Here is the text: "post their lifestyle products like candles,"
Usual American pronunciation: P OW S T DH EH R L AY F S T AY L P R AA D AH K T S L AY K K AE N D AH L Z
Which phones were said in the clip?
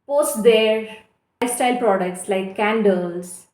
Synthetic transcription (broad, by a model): P OW S T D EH R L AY S T AY L P R AA D AH K T S L AY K K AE N D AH L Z